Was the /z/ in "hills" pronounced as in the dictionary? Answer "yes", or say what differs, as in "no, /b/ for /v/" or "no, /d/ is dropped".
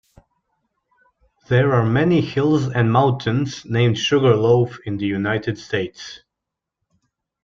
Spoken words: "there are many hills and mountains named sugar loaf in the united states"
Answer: yes